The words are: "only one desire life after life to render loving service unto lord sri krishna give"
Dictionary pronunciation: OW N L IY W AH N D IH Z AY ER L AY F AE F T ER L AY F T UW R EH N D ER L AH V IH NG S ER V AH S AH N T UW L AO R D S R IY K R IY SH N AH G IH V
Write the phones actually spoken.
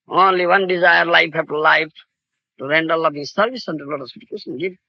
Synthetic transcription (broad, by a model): OW N L IY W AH N D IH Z AY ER L AY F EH T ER L AY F T UW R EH N D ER L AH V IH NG S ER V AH S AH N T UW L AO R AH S IY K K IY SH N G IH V